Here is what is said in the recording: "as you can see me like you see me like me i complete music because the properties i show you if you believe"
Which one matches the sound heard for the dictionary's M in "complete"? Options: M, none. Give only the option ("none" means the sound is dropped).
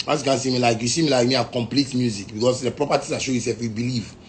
M